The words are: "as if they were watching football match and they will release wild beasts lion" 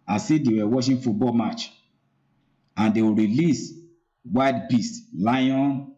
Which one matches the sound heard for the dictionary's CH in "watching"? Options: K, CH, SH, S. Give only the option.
SH